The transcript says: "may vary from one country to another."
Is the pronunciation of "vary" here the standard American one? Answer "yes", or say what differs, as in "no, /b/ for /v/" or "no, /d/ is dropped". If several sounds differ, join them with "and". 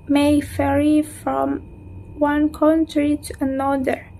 no, /f/ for /v/